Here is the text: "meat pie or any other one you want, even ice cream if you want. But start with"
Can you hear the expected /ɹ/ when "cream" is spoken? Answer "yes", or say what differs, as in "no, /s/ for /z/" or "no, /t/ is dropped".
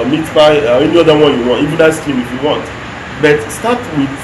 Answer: no, /ɹ/ is dropped